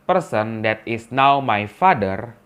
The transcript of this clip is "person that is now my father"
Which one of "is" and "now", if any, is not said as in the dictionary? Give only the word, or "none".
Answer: is